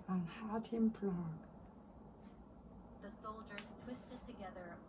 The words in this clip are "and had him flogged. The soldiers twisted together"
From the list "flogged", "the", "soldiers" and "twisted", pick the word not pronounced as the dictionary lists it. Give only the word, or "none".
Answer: flogged